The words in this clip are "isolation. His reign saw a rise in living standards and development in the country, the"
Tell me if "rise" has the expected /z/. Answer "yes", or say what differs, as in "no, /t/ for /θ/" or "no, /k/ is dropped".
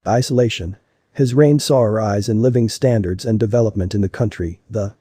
yes